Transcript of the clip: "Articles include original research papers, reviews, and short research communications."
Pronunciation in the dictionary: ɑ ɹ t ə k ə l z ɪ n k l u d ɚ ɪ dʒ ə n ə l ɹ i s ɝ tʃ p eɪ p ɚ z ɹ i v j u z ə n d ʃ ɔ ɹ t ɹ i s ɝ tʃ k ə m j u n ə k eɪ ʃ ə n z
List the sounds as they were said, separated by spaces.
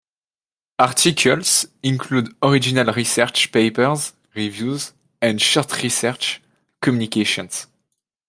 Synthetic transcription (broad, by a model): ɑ ɹ t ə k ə l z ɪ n k l u d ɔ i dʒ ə n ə l ɹ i s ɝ tʃ p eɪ p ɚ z ɹ i v j u z ə n d ʃ ɔ ɹ t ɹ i s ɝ tʃ k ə m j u n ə k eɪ ʃ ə n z